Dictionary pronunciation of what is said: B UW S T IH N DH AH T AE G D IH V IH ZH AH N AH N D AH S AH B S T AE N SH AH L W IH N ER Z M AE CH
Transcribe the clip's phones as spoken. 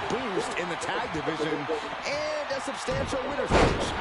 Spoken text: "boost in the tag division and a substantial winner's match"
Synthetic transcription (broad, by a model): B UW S T IH N DH AH T AE G D IH V IH ZH AH N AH N AH S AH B S T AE N SH L W IH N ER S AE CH